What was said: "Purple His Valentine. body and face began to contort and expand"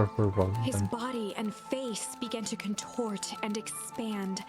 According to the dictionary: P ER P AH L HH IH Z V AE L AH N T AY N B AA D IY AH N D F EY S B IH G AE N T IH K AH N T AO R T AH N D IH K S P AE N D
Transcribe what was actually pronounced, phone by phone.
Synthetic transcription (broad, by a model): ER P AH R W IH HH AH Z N B AA D IY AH N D F EY S B IH G AE N T IH K AH N T AO R T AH N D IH K S P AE N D